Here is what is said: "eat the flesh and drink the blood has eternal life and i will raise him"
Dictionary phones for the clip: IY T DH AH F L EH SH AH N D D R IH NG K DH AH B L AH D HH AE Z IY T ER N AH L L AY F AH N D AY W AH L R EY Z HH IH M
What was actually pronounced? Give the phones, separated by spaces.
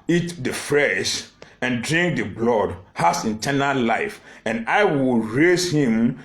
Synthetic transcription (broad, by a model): IY T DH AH F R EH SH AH N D D R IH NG K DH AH B L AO D HH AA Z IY T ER N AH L L AY F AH N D AY W AH L R EY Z HH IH M